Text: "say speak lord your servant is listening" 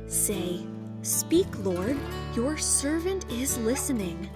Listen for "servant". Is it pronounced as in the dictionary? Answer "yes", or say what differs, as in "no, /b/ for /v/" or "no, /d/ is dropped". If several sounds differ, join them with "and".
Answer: yes